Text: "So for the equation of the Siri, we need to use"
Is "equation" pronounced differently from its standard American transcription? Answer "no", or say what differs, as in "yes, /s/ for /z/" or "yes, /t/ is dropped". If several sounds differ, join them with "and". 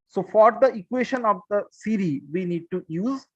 yes, /ʃ/ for /ʒ/